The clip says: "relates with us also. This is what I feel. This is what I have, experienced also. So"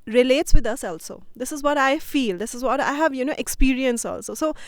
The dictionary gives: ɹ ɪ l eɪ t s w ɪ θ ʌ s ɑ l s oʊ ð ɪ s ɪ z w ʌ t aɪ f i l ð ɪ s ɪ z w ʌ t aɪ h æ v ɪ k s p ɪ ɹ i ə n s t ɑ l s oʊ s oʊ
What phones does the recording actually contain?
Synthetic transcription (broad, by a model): ɹ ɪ l eɪ t s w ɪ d ʌ s ɑ l s oʊ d ɪ s ɪ z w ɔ t aɪ f i l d ɪ s ɪ z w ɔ t aɪ h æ v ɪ k s p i ɹ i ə n s ɑ l s oʊ s oʊ